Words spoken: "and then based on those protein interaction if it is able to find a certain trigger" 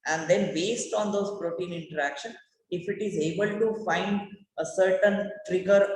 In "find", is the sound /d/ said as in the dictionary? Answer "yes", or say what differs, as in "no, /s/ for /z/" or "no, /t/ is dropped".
yes